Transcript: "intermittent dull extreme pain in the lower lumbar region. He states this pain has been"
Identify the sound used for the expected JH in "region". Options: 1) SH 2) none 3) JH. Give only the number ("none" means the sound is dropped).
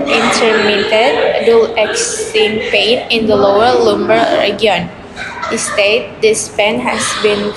2